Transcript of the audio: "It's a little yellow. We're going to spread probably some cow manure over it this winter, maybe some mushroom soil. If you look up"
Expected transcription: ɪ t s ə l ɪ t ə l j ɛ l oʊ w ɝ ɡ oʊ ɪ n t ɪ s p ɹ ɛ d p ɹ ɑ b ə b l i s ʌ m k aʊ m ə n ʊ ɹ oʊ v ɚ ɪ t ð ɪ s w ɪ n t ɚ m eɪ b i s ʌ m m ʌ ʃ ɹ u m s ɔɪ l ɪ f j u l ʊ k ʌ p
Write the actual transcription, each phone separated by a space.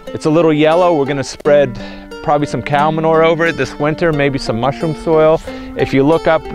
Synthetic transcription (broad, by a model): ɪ t s ə l ɪ t l j ɛ l oʊ w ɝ ɡ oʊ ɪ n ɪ s p ɹ ɛ d p ɹ ɑ b ə b l i s ʌ m k aʊ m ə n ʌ ɹ oʊ v ɚ ɪ t ð ɪ s w ɪ n t ɚ m eɪ b i s ʌ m m ʌ ʃ ɹ u m s ɔɪ l ɪ f j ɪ l ʊ k ʌ p